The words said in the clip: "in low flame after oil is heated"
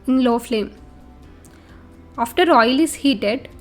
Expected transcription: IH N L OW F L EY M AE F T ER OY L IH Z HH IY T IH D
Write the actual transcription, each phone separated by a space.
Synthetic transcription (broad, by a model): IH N L OW F L EY M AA F T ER OY L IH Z HH IY T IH D